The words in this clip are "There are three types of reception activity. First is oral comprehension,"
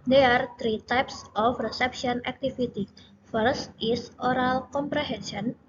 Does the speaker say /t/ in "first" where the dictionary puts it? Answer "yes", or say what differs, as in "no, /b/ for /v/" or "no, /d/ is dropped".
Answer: yes